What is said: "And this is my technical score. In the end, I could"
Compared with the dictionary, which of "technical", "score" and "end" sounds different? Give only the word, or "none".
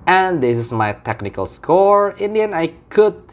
end